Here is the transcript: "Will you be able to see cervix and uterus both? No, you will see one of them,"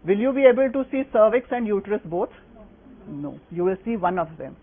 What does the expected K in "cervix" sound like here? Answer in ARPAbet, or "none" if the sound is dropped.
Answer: K